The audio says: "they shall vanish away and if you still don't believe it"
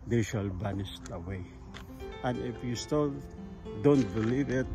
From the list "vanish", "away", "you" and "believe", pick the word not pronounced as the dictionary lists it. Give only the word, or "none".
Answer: vanish